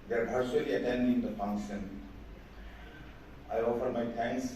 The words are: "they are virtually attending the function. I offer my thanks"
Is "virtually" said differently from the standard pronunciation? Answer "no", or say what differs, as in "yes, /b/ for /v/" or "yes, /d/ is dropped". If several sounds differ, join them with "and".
yes, /b/ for /v/ and /s/ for /tʃ/